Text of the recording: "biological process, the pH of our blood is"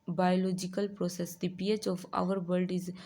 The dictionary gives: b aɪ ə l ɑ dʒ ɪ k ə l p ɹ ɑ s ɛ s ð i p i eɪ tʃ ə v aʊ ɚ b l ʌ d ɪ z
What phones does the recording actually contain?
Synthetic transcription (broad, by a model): b aɪ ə l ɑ dʒ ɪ k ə l p ɹ ɑ s ɛ s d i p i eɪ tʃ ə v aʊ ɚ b ʌ d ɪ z